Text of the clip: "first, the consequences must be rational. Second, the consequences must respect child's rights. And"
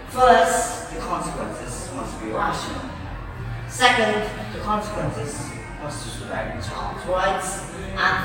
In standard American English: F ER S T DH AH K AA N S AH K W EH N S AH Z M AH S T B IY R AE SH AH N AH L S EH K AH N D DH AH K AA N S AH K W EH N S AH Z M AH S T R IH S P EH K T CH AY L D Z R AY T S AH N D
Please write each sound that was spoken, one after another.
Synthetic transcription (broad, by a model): F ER S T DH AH K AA N S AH K W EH N S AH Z M AH S T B IY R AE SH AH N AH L S EH K AH N D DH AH K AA N S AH K W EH N S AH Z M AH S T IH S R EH T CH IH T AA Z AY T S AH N